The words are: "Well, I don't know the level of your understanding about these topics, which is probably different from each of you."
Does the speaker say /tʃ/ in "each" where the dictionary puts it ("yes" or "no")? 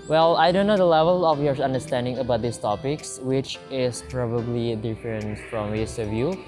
no